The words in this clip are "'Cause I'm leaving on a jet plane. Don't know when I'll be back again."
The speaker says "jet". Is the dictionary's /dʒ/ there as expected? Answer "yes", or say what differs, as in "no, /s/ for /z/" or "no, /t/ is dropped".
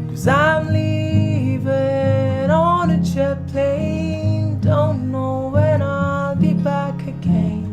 no, /tʃ/ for /dʒ/